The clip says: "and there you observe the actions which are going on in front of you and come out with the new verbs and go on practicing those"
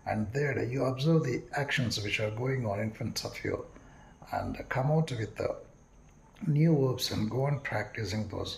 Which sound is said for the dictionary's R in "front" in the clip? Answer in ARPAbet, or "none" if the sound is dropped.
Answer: none